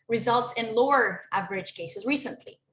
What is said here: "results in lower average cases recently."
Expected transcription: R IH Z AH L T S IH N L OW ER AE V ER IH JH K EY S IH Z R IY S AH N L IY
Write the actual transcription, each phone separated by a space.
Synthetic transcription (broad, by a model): R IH Z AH L T S IH N L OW ER AE V ER IH JH K EY S IH Z R IY S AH N L IY